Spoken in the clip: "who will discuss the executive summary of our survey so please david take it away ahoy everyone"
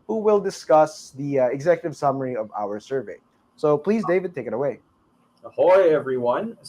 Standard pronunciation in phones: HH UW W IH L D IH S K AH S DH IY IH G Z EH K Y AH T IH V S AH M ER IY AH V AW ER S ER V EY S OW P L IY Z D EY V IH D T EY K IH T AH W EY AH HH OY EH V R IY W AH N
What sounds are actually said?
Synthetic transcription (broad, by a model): HH UW W IH L D IH S K AH S DH IY IH G Z EH K Y AH T IH V S AH M ER IY AH V AW ER S ER V EY S OW P L IY Z D EY V IH D T EY K IH T AH W EY AH HH OY EH V R IY W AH N